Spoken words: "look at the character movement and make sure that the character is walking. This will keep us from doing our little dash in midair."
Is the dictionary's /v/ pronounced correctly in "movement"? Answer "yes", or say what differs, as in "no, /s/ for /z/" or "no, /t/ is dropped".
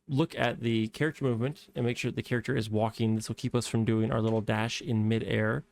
yes